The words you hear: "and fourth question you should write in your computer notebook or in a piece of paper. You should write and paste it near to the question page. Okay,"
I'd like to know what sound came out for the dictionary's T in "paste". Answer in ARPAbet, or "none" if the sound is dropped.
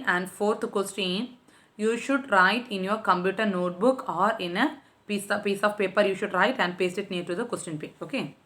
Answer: none